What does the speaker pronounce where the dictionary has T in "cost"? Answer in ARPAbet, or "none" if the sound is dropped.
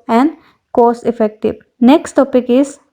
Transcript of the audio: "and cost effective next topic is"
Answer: none